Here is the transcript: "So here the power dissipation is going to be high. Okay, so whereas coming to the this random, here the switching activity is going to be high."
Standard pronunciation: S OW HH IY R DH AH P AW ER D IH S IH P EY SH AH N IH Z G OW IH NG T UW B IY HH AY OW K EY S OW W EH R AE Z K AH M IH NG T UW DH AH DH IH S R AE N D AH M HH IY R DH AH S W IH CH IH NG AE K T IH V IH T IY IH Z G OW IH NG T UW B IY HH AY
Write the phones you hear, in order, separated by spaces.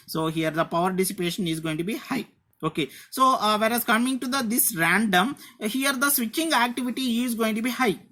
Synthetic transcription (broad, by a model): S OW HH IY R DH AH P AW ER D IH S IH P EY SH AH N IH Z G OW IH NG T UW B IY HH AY OW K EY S OW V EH R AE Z K AH M IH NG T UW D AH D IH S R AE N D AH M HH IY R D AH S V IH CH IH NG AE K T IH V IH T IY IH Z G OW IH NG T UW B IY HH AY